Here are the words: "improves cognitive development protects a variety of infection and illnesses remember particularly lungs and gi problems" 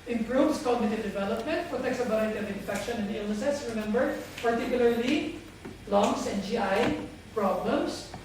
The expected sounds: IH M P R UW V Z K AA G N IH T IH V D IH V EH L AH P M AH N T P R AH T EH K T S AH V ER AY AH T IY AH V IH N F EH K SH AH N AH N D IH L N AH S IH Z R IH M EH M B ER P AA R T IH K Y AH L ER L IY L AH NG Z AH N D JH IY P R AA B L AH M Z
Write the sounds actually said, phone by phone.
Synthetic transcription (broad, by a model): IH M P R UW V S K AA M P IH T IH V D IH V EH L AH P M AH N T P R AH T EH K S AH B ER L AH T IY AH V IH N F EH K SH AH N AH N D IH L N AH S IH S R IH M EH M B ER P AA R T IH K Y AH L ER L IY L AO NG S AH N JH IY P R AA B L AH M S